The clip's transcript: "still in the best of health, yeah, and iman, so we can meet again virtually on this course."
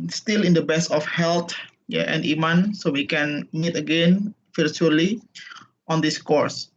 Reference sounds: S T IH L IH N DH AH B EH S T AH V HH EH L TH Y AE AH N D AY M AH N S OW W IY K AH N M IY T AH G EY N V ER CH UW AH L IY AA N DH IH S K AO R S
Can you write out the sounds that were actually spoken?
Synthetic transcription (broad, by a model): S T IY L IH N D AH B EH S AH F HH EH L T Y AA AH N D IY M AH N S OW W IY K AH N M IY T AH G EY N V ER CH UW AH L IY AA N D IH S K AO R S